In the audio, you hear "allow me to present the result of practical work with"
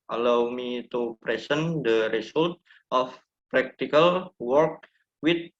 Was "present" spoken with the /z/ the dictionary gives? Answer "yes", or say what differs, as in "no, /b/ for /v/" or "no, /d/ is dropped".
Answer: no, /s/ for /z/